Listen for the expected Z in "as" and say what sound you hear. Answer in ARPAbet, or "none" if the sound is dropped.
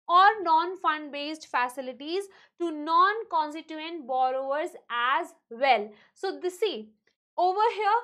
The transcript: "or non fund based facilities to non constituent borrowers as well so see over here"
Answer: Z